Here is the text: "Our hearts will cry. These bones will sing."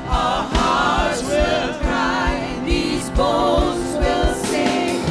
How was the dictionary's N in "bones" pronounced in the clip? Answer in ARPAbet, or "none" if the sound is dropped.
none